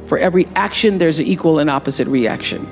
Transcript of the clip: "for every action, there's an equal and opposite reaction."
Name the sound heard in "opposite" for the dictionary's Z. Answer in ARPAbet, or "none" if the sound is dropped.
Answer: Z